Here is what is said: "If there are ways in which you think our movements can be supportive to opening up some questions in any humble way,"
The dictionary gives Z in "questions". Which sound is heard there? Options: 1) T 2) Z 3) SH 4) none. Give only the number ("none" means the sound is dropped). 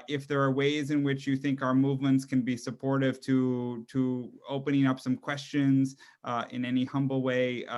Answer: 2